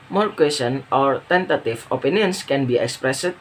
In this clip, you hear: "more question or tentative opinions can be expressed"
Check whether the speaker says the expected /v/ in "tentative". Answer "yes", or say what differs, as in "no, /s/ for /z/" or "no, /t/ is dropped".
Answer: no, /f/ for /v/